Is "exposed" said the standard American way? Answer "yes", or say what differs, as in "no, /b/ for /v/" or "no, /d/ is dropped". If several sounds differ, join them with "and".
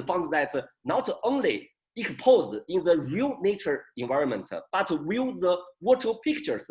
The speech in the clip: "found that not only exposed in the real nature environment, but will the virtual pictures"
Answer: no, /d/ is dropped